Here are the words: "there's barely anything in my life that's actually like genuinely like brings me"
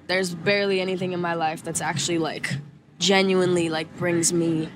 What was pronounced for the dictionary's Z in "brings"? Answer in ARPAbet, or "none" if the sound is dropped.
Z